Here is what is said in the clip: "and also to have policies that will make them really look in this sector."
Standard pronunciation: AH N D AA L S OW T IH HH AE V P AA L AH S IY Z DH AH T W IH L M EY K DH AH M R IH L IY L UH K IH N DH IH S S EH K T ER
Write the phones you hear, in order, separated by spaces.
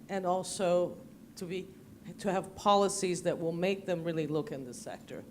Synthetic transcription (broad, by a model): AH N AA L S OW T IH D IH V P AA L AH S IY Z DH AH T W IH L M EY K DH AH M R IH L IY L UH K IH N DH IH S S EH K T ER